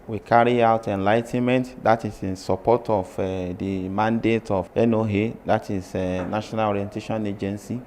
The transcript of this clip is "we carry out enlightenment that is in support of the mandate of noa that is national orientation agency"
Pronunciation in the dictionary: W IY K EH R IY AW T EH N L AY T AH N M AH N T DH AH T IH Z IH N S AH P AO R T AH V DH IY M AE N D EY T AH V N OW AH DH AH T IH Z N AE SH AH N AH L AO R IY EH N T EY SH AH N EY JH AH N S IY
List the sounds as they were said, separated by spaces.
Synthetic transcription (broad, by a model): W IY K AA R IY AW T EH N L AY T AH N M AH N T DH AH T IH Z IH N S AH P AO T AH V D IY M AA N D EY T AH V N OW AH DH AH T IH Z N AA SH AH N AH L AO R IY EH N T EY SH AH N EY JH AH N S IY